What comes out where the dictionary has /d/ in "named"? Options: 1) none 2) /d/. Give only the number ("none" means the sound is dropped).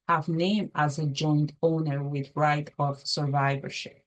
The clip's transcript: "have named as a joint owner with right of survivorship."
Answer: 1